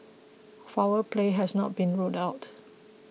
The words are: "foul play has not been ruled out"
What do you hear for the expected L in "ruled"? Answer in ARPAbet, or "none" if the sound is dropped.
none